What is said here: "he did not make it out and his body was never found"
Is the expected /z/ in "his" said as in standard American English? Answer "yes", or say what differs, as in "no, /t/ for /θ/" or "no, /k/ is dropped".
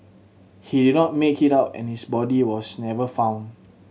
no, /s/ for /z/